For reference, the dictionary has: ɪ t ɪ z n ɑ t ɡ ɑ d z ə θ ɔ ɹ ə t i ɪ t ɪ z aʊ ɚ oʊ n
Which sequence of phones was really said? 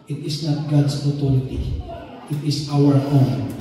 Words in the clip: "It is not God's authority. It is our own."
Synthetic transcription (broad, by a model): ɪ t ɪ s n ɑ t ɡ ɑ d s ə t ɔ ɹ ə t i ɪ t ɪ s aʊ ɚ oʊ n